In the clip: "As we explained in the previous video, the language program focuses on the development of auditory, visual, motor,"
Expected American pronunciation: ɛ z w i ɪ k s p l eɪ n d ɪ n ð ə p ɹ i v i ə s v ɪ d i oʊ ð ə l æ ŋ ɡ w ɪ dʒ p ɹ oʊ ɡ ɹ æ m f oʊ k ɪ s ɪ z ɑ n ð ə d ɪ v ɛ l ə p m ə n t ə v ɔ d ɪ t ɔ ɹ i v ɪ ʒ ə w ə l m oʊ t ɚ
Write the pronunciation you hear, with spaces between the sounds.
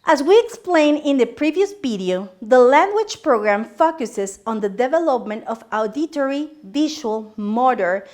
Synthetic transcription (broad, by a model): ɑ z w i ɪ k s p l eɪ n ɪ n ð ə p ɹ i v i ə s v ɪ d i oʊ ð ə l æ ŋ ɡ w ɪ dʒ p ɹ oʊ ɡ ɹ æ m f oʊ k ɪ s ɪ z ɑ n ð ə d ɪ v ɛ l ə p m ə n t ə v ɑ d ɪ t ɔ ɹ i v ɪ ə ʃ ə l m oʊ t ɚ